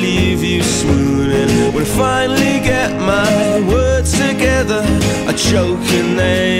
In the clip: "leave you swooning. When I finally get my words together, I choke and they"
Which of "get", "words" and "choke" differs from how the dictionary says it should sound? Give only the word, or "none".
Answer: words